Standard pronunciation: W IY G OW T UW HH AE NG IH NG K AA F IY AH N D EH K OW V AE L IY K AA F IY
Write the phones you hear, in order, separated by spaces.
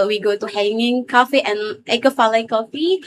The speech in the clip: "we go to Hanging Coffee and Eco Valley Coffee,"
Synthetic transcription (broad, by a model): W IY G OW T UW HH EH NG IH NG K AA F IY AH N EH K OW F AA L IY K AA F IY